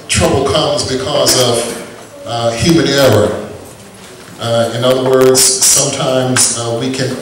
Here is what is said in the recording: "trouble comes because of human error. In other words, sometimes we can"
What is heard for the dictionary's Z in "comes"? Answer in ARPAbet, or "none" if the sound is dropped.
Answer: Z